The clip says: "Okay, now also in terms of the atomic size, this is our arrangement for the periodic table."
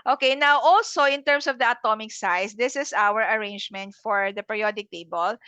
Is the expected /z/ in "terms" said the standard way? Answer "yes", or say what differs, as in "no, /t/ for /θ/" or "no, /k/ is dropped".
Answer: no, /s/ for /z/